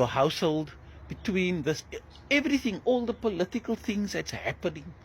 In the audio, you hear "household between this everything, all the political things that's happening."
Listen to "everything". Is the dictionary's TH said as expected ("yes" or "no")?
yes